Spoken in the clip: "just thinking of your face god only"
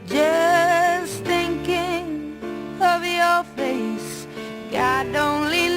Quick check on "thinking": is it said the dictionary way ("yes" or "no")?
yes